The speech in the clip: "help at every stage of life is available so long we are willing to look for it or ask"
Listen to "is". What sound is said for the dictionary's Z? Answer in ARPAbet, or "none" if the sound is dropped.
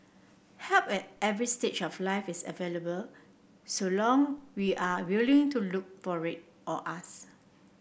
S